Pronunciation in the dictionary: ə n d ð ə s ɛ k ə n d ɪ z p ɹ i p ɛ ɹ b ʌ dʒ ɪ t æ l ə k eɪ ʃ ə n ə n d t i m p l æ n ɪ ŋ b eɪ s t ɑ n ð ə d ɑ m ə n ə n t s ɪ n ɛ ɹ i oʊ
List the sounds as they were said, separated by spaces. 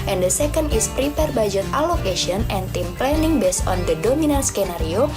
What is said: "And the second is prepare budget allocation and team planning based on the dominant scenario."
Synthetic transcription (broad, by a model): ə n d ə s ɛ k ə n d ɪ s p ɹ i p ɛ ɹ b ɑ dʒ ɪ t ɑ l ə k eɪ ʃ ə n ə n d t i m p l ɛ n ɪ ŋ b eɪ s ɑ n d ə d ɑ m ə n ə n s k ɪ n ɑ ɹ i oʊ